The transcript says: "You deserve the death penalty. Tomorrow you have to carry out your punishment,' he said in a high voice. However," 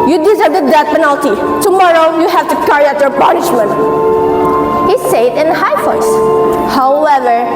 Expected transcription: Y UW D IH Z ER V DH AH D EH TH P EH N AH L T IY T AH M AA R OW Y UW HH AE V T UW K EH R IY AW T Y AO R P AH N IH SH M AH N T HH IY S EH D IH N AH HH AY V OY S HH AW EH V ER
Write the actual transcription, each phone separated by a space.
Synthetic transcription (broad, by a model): Y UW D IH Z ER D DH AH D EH T P EH N AH L T IY T AH M AA R OW Y UW HH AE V T UW K EH R IY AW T Y AO R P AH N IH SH M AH N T HH IY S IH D IH N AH HH AY F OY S HH AW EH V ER